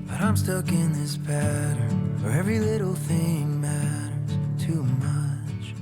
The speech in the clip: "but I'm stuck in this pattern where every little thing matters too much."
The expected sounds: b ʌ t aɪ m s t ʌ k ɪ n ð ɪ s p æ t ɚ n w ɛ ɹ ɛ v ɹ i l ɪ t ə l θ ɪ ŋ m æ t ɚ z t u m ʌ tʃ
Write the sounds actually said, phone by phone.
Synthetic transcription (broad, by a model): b ʌ t aɪ m s t ʌ k ɪ n ð ɪ s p æ t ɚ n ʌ ɹ ɛ v ɹ i l ɪ t l θ ɪ ŋ m æ t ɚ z t u m ʌ tʃ